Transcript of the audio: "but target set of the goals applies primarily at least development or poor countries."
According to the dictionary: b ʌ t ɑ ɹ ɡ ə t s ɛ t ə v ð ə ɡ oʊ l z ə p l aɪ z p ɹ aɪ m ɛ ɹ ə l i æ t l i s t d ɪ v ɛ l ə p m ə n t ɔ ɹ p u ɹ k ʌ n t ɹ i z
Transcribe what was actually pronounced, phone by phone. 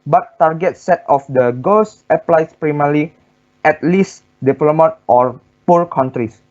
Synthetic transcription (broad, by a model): b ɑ t ɑ ɹ ɡ ə t s ɛ t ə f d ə ɡ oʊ l s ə p l aɪ s p ɹ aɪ m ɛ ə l i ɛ t l i s d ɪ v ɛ l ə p m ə t ɔ ɹ p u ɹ k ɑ n t ɹ i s